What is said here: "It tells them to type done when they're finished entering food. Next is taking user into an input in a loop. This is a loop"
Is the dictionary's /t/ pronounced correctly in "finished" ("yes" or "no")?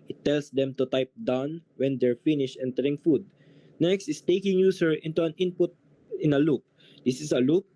no